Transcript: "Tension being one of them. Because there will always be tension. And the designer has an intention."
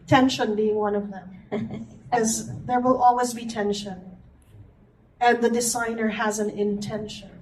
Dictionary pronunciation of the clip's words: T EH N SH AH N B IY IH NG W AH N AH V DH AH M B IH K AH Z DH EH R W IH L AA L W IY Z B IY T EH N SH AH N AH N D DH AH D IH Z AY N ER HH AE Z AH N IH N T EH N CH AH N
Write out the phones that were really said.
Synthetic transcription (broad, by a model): T EH N SH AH N B IY IH NG W AH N AH V DH AH M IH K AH Z DH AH R W IH L AA L W IY Z B IY T EH N SH AH N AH N DH AH D IH Z AY N ER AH Z AH N IH N T EH N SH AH N